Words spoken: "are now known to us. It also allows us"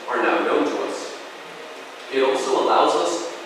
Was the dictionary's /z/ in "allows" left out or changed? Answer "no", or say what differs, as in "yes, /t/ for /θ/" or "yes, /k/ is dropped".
no